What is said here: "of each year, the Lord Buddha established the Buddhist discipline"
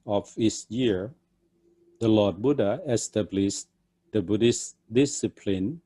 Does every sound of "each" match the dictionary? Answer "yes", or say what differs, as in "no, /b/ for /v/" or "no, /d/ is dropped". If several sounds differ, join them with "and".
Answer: no, /s/ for /tʃ/